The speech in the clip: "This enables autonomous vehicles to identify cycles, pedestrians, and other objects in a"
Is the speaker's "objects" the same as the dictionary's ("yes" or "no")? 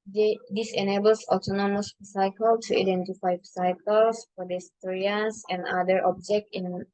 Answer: no